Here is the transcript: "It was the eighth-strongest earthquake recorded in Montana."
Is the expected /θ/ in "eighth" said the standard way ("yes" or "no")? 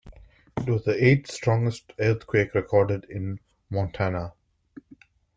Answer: no